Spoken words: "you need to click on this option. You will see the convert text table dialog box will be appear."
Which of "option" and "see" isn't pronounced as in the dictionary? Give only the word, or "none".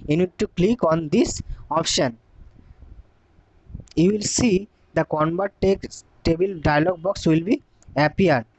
none